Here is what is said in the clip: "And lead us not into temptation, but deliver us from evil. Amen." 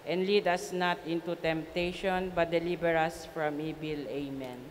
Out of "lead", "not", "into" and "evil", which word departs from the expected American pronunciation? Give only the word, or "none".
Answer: evil